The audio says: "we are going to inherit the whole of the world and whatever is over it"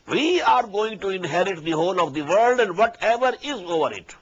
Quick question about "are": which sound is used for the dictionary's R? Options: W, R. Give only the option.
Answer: R